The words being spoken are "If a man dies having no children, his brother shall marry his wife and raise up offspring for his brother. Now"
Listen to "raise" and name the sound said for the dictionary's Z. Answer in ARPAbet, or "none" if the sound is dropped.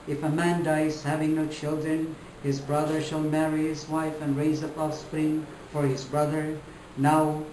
Z